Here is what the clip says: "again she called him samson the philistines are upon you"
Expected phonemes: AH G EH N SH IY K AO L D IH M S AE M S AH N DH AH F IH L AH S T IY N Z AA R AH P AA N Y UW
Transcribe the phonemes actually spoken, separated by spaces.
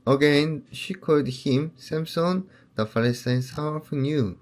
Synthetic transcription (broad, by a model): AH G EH N SH IY K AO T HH IH M S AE M S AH N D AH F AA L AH S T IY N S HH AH F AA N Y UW